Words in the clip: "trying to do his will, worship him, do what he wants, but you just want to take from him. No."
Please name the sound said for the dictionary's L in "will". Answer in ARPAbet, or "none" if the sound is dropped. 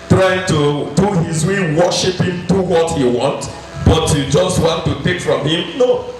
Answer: N